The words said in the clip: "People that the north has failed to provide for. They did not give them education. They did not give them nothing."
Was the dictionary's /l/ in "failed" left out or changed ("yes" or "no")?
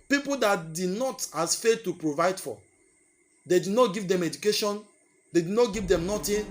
yes